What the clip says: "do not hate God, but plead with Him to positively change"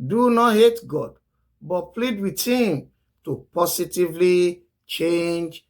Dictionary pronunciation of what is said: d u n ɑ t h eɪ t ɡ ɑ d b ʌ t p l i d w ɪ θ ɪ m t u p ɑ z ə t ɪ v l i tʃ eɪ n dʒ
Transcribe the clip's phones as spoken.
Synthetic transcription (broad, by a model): d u n ɑ t h eɪ t ɡ ɑ d b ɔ t p l i d w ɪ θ ɪ m t u p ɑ s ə t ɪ v l i tʃ eɪ n dʒ